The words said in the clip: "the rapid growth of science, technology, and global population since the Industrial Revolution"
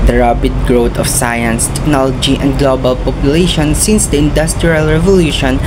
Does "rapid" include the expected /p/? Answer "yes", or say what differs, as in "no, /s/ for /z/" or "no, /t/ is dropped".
no, /b/ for /p/